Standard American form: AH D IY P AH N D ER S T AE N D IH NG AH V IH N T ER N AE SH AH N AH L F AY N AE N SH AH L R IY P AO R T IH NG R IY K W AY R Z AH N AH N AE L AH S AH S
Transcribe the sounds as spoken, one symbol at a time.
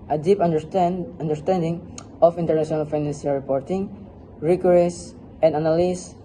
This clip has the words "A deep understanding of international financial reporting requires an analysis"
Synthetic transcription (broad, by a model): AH D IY P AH N D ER S T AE N D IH NG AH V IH N T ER N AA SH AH N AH L F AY N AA N S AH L R IY P AO R T IH NG R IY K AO R AH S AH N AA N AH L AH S